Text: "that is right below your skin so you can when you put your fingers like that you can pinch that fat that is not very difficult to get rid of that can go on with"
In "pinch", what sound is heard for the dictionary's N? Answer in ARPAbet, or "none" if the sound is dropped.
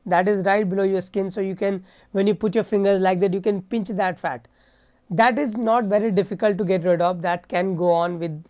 N